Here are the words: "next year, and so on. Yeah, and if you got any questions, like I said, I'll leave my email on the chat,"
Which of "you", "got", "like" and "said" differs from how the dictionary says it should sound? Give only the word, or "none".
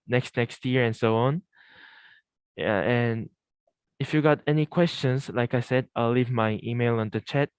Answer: none